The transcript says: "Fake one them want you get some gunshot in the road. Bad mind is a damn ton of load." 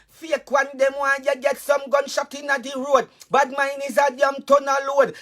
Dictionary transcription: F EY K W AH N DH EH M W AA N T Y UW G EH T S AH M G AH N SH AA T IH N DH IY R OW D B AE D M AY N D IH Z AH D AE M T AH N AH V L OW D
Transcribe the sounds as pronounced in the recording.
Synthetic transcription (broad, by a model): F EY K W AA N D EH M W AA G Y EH G EH T S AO M G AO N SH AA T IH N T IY R OW D B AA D M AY N IH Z AH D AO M T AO N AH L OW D